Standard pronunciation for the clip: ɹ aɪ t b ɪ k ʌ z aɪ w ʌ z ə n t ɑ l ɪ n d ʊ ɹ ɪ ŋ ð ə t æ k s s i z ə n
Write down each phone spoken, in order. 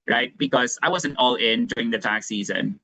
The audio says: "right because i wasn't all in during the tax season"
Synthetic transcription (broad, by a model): ɹ aɪ t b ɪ k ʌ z aɪ w ʌ z ə n t ɑ l ɪ n d ʊ ɹ ɪ ŋ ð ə t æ k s s i z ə n